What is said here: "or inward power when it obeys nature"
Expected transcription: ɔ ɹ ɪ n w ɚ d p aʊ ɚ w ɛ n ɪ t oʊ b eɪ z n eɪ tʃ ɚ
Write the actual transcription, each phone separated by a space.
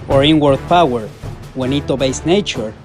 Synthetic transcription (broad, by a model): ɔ ɹ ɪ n w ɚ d p aʊ ɚ w ɛ n ɪ t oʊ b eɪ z n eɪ tʃ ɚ